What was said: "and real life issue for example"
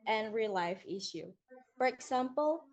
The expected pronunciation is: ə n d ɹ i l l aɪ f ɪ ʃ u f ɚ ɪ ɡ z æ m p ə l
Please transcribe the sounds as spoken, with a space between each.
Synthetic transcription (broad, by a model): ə n ɹ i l l aɪ f ɪ ʃ u f ɚ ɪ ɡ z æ m p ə l